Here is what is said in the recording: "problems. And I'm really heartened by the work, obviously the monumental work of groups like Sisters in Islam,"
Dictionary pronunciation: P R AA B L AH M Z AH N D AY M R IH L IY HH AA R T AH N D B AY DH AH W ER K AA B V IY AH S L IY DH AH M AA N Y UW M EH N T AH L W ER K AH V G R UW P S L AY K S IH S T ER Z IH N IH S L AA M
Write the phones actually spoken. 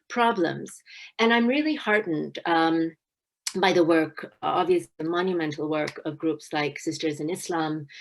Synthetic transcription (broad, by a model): P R AA B L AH M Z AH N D AY M R IH L IY HH AA R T N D B AY DH AH W ER K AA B V IY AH S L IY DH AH M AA N Y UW M EH N T L W ER K AH V G R UW P S L AY K S IH S T ER Z IH N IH S L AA M